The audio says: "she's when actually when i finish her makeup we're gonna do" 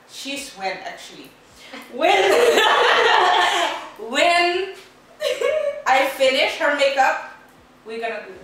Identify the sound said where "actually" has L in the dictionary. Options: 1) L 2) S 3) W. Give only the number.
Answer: 3